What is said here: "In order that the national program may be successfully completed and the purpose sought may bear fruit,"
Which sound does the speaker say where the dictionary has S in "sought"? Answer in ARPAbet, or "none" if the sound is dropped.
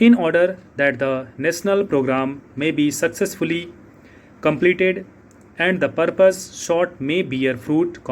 SH